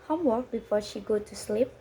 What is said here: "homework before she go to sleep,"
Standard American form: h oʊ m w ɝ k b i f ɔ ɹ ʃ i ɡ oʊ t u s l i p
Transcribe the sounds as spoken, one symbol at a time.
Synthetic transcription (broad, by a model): h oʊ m w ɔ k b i f ɔ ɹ ʃ i ɡ oʊ t u s l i p